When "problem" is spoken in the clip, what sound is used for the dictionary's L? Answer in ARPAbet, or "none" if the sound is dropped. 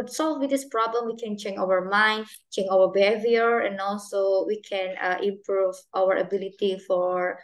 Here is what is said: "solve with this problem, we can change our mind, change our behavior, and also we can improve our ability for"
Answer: L